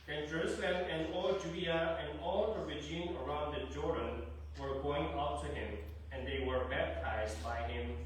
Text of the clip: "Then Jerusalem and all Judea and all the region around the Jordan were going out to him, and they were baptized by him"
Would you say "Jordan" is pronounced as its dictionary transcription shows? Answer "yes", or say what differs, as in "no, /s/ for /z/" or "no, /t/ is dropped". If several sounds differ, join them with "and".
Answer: yes